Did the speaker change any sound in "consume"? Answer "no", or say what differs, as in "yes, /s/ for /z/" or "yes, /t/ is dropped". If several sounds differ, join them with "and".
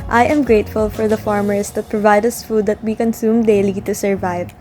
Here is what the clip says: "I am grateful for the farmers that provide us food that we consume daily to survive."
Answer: no